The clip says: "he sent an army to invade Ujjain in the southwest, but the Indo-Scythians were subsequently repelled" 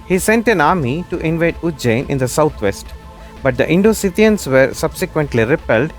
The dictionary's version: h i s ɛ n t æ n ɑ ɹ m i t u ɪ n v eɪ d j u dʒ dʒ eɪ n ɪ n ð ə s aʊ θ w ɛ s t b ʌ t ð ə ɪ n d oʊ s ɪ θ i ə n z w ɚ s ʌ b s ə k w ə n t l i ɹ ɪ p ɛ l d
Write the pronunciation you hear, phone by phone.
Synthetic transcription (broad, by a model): h i s ɛ n t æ n ɑ ɹ m i t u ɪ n v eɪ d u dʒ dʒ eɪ n ɪ n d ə s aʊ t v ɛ s t b ʌ t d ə ɪ n d oʊ s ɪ t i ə n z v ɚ s ʌ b s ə k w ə n t l i ɹ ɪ p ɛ l d